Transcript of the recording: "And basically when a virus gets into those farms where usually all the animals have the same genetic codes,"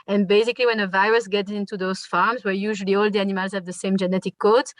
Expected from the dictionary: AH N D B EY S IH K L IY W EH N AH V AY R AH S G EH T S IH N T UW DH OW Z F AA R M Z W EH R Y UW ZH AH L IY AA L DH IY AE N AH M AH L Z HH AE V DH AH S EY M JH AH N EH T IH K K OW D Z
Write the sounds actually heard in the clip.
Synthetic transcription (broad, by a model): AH N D B EY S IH K L IY W EH N AH V AY R AH S G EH T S IH N T UW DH OW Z F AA R M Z W EH R Y UW ZH AH L IY AA L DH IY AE N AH M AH L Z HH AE V DH AH S EY M JH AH N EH T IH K K OW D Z